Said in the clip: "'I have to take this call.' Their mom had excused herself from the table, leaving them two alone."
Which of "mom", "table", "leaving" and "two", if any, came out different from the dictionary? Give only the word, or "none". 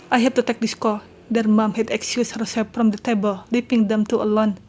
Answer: leaving